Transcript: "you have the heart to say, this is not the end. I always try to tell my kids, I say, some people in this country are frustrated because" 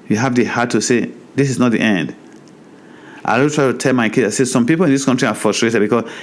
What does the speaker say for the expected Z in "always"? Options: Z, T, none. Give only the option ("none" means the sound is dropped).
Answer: none